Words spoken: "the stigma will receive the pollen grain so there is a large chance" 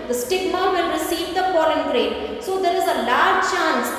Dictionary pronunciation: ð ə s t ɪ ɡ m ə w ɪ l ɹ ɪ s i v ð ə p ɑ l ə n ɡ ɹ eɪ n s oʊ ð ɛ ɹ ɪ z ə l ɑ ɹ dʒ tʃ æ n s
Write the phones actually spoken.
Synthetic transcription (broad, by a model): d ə s t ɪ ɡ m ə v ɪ l ɹ ɪ s i v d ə f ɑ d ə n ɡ ɹ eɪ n s oʊ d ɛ ɹ ɪ z ə l ɑ ɹ dʒ tʃ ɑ n s